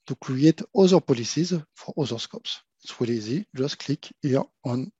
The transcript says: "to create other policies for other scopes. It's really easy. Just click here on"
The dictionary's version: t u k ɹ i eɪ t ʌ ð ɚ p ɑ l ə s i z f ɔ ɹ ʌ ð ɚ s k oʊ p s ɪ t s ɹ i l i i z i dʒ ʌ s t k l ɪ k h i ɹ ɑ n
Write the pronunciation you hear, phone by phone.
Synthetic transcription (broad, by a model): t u k ɹ i eɪ t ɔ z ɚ p ɑ l ə s i z f ɔ ɹ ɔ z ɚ s k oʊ p s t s w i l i i z i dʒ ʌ s t k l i k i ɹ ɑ n